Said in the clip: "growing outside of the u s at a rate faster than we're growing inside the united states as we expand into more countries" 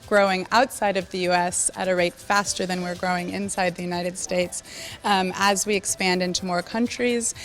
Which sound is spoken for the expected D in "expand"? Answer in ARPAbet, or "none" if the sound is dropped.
D